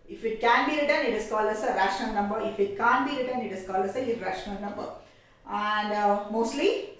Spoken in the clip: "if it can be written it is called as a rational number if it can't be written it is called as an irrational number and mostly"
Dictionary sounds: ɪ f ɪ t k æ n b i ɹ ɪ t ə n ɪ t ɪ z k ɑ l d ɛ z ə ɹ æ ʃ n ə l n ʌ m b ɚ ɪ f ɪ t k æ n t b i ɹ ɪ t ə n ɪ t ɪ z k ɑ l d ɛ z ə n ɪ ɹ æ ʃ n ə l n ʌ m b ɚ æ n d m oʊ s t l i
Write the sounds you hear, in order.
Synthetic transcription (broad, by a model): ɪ f ɪ t k æ n b i ɹ ɪ t ə n ɪ t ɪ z k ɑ l ʌ s ə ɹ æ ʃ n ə n n ʌ m b ɚ ɪ f ɪ t k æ n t b i ɹ ɪ t ə n ɪ t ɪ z k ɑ l ʌ s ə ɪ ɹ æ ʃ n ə n n ʌ m b ɚ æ n d m oʊ s t l i